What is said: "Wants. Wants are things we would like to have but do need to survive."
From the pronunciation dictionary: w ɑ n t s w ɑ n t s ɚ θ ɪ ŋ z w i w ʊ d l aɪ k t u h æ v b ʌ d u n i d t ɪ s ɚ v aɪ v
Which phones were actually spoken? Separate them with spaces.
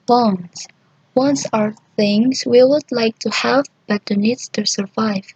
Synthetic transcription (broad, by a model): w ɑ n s w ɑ n s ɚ θ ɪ ŋ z w i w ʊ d l aɪ k t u h æ v b ʌ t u n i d t ɪ s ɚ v aɪ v